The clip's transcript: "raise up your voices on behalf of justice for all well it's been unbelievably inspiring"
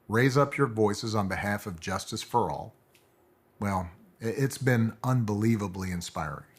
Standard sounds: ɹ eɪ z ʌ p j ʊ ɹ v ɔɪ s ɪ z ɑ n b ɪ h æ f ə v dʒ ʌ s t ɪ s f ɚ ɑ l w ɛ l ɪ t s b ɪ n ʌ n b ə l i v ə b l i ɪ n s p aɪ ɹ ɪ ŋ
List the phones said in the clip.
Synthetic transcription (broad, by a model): ɹ eɪ z ʌ p j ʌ ɹ v ɔɪ s ɪ z n b ɪ h æ f ə v dʒ ʌ s t ɪ s f ɚ ɑ l w ɛ l ɪ t s b ɪ n ʌ n b ə l i v ə b l i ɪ n s p aɪ ɹ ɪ ŋ